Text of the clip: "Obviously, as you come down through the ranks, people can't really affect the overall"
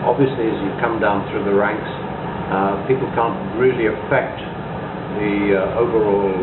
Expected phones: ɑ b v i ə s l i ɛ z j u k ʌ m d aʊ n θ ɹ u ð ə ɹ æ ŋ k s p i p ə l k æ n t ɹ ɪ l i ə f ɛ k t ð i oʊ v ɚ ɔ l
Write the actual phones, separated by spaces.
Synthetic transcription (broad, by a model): ɑ b v i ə s l i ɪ z j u k ʌ m d aʊ n θ ɹ u ð ə ɹ æ ŋ k s p i p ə l k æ n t ɹ ɪ l i ə f ɛ k t ð i oʊ v ɚ ɔ l